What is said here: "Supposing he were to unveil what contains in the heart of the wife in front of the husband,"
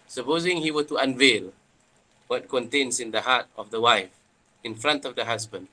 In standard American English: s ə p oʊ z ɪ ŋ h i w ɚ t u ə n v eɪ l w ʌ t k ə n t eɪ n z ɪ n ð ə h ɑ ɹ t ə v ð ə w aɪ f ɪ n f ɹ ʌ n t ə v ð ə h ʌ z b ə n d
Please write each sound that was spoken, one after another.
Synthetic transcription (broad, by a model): s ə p oʊ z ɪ ŋ h i w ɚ t u ə n v eɪ l w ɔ t k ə n t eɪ n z ɪ n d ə h ɑ t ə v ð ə w aɪ f ɪ n f ɹ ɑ n t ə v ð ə h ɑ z b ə n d